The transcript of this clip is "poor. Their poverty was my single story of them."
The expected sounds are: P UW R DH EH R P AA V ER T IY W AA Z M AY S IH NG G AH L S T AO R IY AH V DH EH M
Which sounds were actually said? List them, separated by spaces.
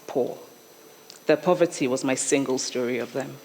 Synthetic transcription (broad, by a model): P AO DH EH P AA V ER T IY W AA Z M AY S IH NG G AH L S T AO R IY AH V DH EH M